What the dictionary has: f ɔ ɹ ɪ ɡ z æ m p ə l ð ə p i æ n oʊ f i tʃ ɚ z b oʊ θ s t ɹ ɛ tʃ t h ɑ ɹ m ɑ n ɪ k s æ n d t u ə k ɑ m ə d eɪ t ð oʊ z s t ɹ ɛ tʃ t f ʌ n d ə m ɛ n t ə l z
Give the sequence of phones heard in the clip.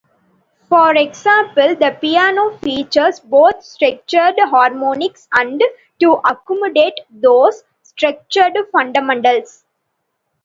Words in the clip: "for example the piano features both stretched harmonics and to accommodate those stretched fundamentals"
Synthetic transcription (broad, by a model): f ɔ ɹ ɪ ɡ s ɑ m p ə l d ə p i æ n oʊ f i tʃ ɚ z b oʊ t s t ɹ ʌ tʃ t h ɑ ɹ m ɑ n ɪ k s æ n d t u ə k ɑ m ə d eɪ t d oʊ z s t ɹ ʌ tʃ t f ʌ n d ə m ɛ n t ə l s